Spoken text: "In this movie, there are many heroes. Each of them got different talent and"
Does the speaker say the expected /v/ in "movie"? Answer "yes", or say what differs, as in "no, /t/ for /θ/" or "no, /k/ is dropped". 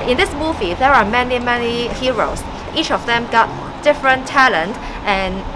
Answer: yes